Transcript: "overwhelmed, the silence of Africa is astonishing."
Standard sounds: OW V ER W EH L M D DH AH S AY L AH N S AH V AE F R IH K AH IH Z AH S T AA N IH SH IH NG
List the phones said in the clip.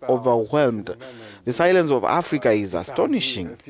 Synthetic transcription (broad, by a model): OW V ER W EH L M D DH AH S AY L AH N S AH V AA F R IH K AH IH Z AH S T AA N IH SH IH NG